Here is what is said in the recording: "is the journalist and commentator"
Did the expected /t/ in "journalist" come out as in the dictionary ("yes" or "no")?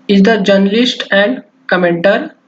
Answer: yes